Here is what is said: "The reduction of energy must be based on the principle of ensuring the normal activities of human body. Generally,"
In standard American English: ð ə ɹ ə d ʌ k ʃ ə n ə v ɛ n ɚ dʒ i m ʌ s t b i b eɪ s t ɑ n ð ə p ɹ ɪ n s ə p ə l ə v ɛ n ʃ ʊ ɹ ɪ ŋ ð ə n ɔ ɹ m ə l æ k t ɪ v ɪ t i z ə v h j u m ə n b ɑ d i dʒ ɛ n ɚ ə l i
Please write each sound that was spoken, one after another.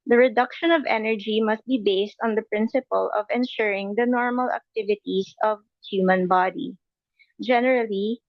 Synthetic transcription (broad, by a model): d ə ɹ ə d ʌ k ʃ ə n ə v ɛ n ɚ dʒ i m ʌ s t b i b eɪ s t ɑ n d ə p ɹ ɪ n s ə p ə l ə v ɛ n ʃ ʊ ɹ ɪ ŋ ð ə n ɔ ɹ m ə l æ k t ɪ v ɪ t i s ə v h j u m ə n b ɑ d i dʒ ɛ n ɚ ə l i